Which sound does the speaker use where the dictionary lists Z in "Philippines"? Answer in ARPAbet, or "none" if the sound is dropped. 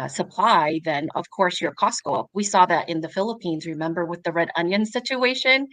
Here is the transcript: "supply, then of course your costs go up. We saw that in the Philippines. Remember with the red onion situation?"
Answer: Z